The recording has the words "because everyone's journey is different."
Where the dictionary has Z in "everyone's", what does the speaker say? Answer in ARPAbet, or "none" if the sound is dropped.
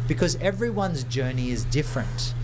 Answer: Z